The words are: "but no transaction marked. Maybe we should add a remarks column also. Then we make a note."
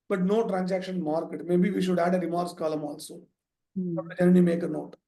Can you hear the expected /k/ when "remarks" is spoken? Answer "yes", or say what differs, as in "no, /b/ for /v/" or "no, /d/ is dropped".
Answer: no, /k/ is dropped